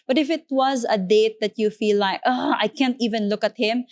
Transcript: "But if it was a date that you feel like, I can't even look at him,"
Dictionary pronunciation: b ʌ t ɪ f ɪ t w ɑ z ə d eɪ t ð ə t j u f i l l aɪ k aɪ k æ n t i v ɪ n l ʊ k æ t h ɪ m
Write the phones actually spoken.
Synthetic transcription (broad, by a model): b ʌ t ɪ f ɪ t w ɑ z ə d eɪ t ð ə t j u f i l l aɪ k aɪ k æ n t i v ɪ n l ʊ k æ t h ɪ m